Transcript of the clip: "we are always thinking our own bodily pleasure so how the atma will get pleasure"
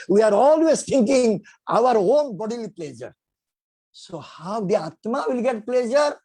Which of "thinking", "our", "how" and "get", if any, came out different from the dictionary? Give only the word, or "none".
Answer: thinking